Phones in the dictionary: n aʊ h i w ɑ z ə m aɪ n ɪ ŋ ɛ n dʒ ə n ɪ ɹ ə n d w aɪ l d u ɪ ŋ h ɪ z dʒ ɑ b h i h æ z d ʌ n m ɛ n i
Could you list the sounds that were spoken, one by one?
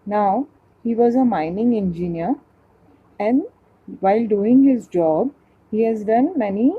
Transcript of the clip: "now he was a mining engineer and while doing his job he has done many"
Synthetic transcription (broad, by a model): n aʊ h i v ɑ z ə m aɪ n ɪ ŋ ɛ n dʒ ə n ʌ ɹ ə n d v aɪ l d u ɪ ŋ h ɪ z dʒ ɑ b h i h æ z d ʌ n m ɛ n i